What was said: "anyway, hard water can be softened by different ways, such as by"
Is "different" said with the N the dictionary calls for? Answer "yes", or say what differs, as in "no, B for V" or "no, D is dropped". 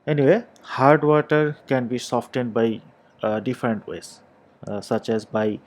yes